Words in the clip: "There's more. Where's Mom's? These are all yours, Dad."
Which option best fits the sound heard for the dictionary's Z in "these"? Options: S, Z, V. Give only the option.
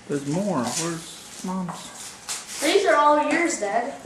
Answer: Z